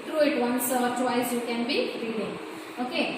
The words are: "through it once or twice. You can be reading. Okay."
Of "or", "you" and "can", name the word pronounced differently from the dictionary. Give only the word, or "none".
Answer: or